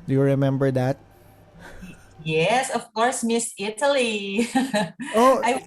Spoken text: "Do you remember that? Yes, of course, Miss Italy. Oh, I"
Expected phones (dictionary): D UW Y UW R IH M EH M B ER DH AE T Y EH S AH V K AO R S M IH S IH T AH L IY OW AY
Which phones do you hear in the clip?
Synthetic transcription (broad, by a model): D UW Y UW R IH M EH M B ER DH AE T Y EH S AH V K AO R S M IH S IH T AH L IY OW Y